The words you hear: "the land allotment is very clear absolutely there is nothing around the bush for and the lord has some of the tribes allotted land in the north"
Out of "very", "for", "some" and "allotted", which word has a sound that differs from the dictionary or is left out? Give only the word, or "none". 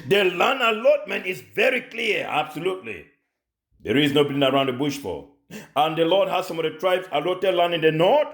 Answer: for